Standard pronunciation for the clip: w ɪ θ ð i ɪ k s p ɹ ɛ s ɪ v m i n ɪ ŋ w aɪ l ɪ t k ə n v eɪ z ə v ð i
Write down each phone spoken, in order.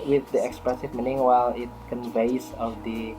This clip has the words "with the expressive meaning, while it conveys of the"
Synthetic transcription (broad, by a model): w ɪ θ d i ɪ k s p ɹ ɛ s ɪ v m i n ɪ ŋ w aɪ l ɪ t k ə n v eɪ s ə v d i